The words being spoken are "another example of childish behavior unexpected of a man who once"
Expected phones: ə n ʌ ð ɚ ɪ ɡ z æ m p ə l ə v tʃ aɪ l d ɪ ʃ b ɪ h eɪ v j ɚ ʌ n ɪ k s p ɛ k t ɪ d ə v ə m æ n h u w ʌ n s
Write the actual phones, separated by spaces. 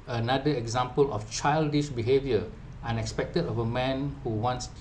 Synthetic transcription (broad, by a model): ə n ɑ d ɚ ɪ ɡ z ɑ m p ə l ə f tʃ aɪ l d ɪ ʃ b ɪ h eɪ v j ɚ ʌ n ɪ k s p ɛ k t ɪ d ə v ə m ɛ n h u w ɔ n s